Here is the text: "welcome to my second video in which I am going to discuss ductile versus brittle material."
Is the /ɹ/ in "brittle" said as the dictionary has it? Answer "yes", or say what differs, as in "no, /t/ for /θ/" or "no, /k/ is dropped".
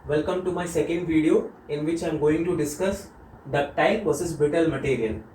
no, /ɹ/ is dropped